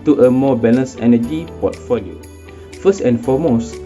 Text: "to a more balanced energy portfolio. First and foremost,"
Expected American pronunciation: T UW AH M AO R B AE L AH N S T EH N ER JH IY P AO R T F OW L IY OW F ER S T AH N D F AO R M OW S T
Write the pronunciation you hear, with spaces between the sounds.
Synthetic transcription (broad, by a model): T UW AH M AO B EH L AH S EH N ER JH IY P AO T F OW L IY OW F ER S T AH N F AO M OW S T